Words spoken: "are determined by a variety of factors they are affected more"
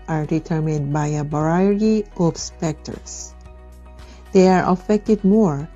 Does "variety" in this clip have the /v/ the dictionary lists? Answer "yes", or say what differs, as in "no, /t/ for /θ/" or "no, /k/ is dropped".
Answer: no, /b/ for /v/